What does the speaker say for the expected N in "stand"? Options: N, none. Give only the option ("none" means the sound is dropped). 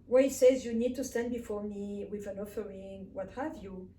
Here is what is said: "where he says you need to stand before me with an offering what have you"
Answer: N